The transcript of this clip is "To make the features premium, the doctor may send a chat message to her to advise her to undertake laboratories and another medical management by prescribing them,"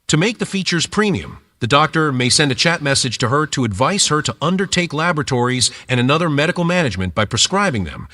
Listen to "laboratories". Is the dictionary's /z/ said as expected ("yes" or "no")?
yes